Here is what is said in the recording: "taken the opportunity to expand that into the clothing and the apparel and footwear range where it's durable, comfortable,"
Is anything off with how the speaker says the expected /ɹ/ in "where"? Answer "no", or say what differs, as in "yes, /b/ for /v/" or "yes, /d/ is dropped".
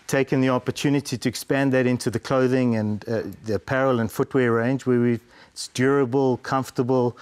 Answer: yes, /w/ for /ɹ/